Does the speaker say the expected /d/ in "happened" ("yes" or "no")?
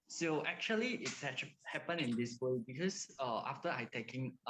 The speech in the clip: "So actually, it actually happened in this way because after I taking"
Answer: no